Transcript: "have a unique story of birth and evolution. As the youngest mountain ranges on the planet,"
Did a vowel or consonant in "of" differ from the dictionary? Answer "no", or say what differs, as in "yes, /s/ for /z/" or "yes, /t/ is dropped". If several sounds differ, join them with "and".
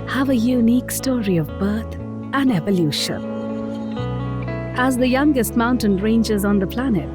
no